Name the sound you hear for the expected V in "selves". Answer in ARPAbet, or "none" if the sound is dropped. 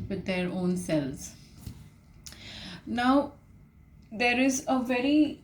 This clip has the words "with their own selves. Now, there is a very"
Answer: none